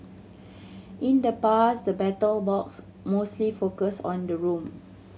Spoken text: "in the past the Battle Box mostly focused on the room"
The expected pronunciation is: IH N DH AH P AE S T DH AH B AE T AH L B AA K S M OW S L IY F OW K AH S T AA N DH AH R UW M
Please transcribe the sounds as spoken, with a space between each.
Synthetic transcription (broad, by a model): IH N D AH P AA S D AH B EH T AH L B AA K S M OW S L IY F OW K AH S AA N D AH R UW M